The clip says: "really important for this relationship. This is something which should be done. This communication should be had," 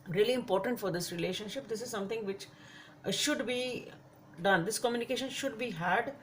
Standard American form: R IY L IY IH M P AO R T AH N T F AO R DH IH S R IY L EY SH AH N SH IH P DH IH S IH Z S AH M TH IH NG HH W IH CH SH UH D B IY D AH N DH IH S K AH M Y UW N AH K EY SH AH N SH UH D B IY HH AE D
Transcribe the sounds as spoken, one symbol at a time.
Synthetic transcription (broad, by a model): R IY L IY IH M P AO R T AH N T F AO R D IH S R IY L EY SH AH N SH IH P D IH S IH Z S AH M T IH NG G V IH CH SH UH D B IY D AH N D IH S K AH M Y UW N AH K EY SH AH N SH UH D B IY HH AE D